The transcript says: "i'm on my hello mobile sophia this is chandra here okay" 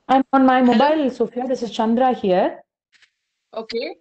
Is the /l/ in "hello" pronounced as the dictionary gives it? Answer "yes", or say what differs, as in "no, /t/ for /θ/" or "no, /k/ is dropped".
no, /l/ is dropped